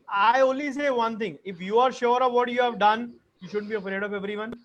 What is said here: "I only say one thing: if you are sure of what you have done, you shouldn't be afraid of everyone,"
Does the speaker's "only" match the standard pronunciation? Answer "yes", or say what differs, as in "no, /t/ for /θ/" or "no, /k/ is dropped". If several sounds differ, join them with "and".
no, /n/ is dropped